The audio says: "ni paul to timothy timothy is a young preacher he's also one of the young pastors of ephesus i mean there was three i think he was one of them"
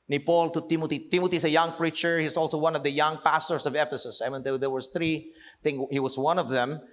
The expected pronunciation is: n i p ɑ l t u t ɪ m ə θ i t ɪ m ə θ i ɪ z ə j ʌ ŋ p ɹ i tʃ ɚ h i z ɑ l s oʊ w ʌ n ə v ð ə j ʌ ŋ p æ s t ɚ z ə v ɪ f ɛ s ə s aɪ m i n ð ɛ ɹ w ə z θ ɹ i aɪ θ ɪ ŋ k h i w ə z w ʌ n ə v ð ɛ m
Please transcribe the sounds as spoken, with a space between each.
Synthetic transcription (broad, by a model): n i p ɑ l t u t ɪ m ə t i t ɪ m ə t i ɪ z ə j ʌ ŋ p ɹ i tʃ ɚ h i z ɑ l s oʊ w ʌ n ə v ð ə j ʌ ŋ p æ s t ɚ s ə v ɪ f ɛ s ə s aɪ m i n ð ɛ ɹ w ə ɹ θ ɹ i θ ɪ ŋ h i w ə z w ʌ n ə v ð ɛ m